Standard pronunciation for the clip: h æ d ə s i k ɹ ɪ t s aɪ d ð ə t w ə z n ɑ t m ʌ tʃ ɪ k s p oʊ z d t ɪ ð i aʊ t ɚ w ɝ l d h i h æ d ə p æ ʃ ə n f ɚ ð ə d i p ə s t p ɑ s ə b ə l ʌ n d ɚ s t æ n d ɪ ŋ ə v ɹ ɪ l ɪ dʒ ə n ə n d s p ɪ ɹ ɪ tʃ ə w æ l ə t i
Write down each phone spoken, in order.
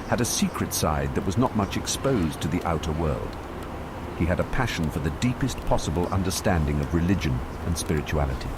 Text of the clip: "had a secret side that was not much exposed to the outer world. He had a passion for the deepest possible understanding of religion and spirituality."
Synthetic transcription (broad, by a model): h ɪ d ə s i k ɹ ɪ t s aɪ d ð ə t w ə z n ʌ t m ʌ tʃ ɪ k s p oʊ z t ɪ ð i aʊ t ɚ w ɝ l d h i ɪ d ə p æ ʃ n f ɚ ð ə d i p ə s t p ɑ s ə b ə l ʌ n d ɚ s t æ n d ɪ ŋ ə v ɹ ɪ l ɪ dʒ ə n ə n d s p ɪ ɹ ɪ tʃ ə æ l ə t i